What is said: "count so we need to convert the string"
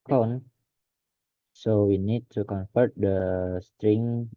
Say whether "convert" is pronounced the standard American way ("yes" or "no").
no